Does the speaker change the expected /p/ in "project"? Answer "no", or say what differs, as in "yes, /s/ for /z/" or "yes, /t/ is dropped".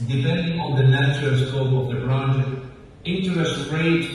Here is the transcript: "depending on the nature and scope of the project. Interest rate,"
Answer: yes, /b/ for /p/